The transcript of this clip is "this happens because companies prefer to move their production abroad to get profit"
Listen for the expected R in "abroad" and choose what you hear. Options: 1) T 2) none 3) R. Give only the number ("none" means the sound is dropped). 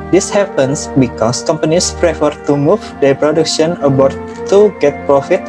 2